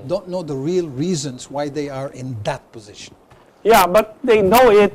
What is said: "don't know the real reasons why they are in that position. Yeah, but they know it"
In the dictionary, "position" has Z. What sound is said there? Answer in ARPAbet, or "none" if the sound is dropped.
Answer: Z